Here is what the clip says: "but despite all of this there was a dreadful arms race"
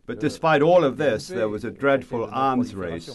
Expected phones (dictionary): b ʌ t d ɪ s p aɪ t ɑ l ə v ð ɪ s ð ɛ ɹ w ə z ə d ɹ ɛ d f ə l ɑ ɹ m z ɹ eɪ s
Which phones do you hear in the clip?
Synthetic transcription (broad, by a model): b ʌ t d ɪ s p aɪ t ɑ l ə v ð ɪ s ð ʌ ɹ w ə z ə d ɹ ɛ d f ə l ɑ ɹ m z ɹ eɪ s